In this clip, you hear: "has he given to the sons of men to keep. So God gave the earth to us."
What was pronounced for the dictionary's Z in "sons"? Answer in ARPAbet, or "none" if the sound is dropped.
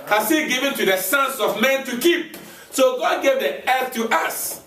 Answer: S